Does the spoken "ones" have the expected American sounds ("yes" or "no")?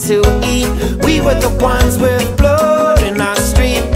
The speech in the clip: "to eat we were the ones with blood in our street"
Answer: yes